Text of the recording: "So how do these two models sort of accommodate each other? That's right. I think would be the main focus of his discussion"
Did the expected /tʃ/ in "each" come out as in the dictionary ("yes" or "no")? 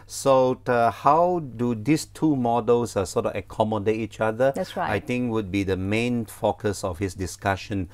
yes